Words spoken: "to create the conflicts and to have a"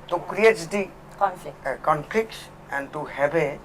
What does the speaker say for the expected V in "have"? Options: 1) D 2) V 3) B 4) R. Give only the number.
3